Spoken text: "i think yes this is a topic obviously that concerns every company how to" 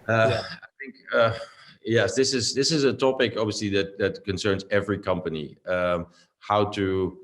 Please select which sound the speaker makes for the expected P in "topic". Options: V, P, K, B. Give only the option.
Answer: P